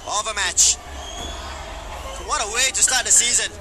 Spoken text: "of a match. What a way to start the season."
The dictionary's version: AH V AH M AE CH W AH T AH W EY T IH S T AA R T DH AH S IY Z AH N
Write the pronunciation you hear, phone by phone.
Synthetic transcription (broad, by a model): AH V AH M AE CH W AH T AH W EY T IH S T AA R T DH AH S IY Z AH N